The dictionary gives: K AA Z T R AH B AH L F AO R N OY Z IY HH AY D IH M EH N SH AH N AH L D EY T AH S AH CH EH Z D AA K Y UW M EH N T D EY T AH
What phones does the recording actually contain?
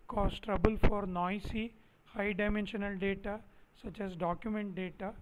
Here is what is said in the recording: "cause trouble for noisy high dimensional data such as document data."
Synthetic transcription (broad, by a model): K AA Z T R AH B AH L F AO R N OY S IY HH AY D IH M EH N SH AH N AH L D EY T AH S AH CH EH Z D AA K Y UW M EH N T D EY T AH